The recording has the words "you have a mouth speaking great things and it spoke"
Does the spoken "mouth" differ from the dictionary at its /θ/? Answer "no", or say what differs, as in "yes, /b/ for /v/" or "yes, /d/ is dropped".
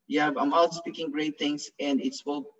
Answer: yes, /t/ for /θ/